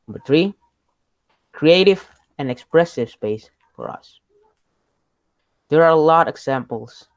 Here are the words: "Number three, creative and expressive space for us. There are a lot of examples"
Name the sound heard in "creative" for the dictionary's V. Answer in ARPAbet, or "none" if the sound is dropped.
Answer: V